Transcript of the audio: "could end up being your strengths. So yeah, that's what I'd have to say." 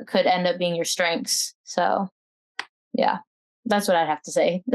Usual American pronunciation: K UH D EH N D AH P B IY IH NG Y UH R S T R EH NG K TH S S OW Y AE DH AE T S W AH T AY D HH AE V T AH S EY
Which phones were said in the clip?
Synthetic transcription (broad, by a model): K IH D EH N D AH P B IY IH NG Y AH R S T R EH NG K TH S S OW Y AE DH AE T S W AH T AY D HH AE F T AH S EY